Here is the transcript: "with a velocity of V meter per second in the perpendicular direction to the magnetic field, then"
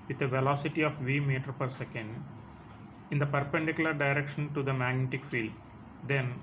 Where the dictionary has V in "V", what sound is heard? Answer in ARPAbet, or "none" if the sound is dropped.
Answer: V